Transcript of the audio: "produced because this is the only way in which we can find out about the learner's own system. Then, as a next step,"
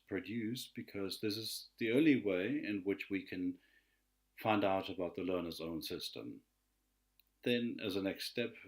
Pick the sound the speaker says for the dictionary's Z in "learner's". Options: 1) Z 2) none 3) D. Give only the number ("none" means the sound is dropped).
1